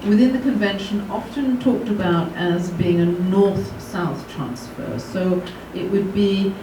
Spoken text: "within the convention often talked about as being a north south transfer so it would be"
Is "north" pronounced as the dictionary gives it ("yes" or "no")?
yes